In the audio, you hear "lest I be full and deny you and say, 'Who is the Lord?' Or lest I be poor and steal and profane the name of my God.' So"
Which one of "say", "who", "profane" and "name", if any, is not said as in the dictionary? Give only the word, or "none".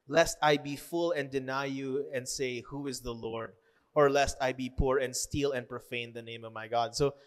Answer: none